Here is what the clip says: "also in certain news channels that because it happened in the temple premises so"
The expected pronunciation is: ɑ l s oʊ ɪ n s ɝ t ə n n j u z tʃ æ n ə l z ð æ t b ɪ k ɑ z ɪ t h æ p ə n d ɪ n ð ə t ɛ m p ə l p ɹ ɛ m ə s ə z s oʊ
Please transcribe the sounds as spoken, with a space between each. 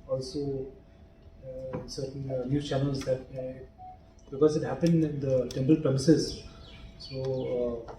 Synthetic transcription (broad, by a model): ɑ l s oʊ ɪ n s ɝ t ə n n j u tʃ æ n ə l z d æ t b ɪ k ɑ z ɪ t h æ p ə n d ɪ n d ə t ɛ m p ə l p ɹ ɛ m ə s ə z s oʊ